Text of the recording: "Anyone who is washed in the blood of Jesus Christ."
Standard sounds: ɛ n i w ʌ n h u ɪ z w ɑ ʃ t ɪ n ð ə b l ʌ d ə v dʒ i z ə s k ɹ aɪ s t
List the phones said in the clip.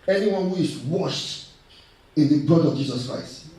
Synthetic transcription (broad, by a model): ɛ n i w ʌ n h u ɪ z w ɑ ʃ t ɪ n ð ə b ʌ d ə v dʒ i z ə s k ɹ aɪ s t